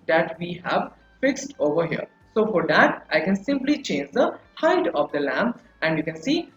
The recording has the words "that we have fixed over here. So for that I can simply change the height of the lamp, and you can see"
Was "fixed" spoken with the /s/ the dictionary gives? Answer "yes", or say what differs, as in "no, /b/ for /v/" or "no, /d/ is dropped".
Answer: yes